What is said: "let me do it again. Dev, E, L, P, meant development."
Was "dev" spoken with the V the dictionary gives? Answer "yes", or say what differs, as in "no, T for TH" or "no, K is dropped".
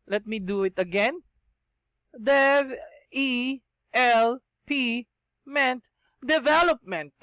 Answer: no, V is dropped